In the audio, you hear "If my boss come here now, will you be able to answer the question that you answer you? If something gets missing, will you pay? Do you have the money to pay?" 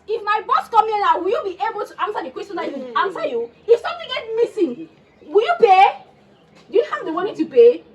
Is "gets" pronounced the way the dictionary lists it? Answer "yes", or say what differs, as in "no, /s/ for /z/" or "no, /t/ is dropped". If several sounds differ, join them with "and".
no, /s/ is dropped